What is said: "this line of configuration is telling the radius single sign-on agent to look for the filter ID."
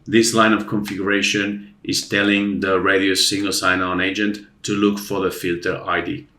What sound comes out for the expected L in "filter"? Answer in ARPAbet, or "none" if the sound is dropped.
L